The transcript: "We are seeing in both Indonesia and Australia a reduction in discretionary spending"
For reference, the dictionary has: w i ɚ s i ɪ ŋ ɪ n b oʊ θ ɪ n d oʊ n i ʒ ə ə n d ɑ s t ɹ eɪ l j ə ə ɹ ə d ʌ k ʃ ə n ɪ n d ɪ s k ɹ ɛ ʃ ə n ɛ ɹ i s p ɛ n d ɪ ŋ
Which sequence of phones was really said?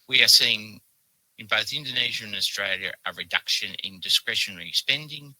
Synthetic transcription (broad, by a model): w i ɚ s i ɪ ŋ ɪ n b oʊ θ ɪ n d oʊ n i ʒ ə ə n ɑ s t ɹ eɪ l j ə ə ɹ ə d ʌ k ʃ ə n ɪ n d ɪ s k ɹ ɛ ʃ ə n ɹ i s p ɛ n d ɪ ŋ